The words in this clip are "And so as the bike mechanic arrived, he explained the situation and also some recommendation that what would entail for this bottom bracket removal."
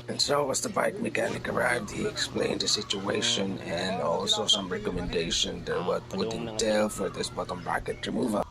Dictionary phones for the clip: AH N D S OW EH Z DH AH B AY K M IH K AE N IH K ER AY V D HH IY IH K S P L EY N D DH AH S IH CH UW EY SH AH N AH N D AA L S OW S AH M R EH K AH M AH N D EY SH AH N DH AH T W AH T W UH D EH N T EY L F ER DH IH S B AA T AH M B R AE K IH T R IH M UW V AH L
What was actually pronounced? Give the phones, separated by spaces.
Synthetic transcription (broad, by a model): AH N S OW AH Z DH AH B AY K M IH K AE N IH K ER AY V D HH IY IH K S P L EY N D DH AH S IH CH UW EY SH AH N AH N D AA L S OW S AH M R EH K AH M AH N D EY SH AH N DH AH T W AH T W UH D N T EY L F ER DH IH S B AA T AH M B AE K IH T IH M UW V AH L